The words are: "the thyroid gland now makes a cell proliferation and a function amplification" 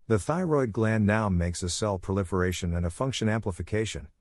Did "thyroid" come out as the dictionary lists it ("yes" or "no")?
yes